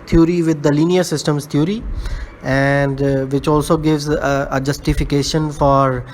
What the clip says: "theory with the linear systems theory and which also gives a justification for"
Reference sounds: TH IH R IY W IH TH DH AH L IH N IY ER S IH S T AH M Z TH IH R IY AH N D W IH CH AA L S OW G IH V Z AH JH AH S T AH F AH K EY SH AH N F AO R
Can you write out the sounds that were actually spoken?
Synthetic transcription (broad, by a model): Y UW R IY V IH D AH L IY N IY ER S IH S T AH M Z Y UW R IY AH N D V IH CH AA L S OW G IH V Z AH JH AH S T AH F AH K EY SH AH N F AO R